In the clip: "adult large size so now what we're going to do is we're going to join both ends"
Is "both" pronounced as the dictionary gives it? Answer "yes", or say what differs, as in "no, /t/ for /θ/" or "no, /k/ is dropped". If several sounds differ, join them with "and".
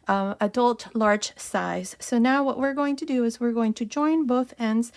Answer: yes